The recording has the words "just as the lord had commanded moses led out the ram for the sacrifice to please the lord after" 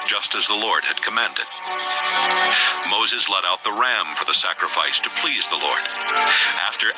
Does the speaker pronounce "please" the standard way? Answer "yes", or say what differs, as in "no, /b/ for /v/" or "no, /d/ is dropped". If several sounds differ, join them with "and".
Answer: yes